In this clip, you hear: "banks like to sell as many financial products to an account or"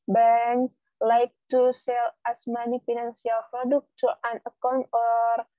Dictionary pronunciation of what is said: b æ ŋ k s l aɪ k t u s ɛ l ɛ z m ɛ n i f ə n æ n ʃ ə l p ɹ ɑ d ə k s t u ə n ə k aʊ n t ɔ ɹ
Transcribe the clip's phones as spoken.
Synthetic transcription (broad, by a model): b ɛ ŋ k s l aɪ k t u s ɛ l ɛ s m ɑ n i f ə n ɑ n s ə l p ɹ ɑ d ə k t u ə n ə k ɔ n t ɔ ɹ